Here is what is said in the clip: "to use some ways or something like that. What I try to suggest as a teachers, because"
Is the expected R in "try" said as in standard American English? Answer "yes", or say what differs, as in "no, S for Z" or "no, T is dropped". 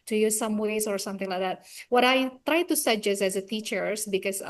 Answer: yes